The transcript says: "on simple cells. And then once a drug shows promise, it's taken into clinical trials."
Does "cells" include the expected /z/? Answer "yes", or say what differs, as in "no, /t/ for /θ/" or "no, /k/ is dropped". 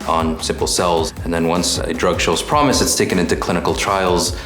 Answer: yes